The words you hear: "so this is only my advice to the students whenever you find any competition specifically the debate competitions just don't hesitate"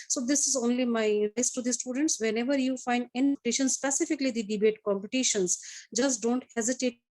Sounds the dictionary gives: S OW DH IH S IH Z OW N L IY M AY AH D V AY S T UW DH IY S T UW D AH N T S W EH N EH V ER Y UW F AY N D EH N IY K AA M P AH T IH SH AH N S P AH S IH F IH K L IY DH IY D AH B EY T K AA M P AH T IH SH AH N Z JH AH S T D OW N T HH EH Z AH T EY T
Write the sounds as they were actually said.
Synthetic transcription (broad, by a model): S OW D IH S IH Z OW N L IY M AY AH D AY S T UW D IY S T UW D AH N T S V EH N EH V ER Y UW F AY N D EH N IY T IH SH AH N S P AH S IH F IH K L IY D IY D AH B EY T K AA M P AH T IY SH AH N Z JH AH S D OW N T HH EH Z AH T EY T